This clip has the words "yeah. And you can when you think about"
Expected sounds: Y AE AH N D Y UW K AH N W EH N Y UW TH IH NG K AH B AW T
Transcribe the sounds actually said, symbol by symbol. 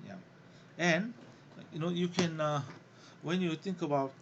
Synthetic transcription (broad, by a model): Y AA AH N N Y UW K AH N W EH N Y UW T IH NG K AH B AW T